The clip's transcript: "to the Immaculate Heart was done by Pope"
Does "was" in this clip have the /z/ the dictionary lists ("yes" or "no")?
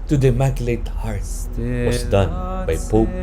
no